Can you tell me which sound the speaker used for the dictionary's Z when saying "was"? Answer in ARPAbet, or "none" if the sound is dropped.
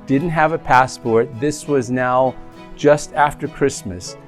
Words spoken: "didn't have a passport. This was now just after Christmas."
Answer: Z